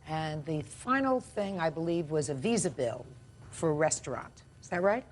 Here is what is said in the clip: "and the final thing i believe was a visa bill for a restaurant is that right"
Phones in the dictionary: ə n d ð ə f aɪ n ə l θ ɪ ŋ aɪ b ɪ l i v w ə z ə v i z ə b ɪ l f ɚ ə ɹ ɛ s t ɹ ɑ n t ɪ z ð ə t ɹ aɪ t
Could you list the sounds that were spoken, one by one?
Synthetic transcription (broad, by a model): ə n ð ə f aɪ n l θ ɪ ŋ aɪ b ɪ l i v w ə z ə v i z ə b ɪ l f ɚ ɹ ɛ s t ɹ ɑ n t ɪ z ð ə t ɹ aɪ t